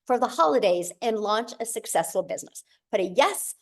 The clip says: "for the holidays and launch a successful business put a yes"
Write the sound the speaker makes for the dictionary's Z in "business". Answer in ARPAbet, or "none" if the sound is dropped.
Z